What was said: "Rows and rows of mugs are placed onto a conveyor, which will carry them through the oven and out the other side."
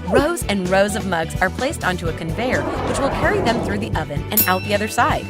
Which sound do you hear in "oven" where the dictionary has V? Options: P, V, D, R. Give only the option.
V